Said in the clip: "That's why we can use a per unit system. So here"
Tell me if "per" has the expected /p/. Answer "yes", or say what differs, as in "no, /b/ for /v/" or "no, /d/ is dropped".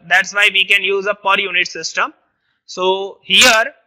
yes